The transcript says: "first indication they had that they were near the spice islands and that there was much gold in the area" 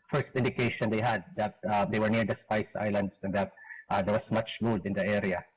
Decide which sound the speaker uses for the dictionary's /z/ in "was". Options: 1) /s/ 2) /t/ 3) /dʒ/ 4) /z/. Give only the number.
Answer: 1